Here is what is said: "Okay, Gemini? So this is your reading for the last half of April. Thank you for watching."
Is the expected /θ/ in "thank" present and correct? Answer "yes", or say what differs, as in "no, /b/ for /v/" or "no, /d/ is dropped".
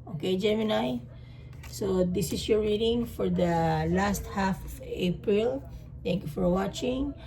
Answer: no, /t/ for /θ/